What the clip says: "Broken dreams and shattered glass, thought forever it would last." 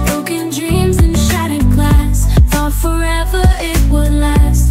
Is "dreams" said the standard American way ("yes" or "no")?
yes